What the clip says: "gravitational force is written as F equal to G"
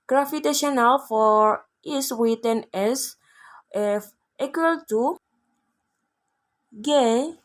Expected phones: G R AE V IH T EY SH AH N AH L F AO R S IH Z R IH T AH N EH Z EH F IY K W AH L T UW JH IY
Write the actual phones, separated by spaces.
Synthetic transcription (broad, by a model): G R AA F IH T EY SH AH N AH L F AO R IH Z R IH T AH N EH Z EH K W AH L T UW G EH